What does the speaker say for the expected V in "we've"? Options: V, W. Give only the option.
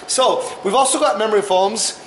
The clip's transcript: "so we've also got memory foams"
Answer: V